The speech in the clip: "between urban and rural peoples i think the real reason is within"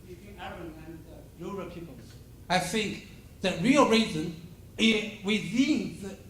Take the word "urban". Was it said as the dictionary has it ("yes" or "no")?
no